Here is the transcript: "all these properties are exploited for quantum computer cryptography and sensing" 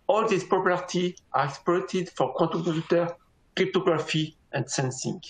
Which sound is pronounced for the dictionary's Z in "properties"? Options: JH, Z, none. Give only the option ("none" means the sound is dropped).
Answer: none